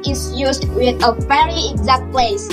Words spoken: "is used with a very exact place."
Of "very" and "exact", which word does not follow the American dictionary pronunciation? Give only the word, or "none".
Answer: none